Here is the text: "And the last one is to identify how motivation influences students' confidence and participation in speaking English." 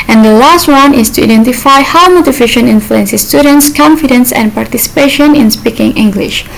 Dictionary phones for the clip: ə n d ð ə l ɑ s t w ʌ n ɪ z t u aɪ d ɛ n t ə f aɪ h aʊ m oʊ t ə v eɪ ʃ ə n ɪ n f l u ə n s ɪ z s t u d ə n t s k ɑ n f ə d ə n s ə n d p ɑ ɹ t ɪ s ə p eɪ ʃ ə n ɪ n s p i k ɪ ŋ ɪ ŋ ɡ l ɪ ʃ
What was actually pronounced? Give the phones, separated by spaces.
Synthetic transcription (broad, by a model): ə n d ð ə l ɑ s t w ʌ n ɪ s t u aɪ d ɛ n t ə f aɪ h aʊ m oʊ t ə f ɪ ʃ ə n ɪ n f l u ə n s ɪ s t u d ə n t s k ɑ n f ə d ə n s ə n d p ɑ ɹ t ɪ s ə p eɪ ʃ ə n ɪ n s p i k ɪ ŋ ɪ ŋ ɡ l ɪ ʃ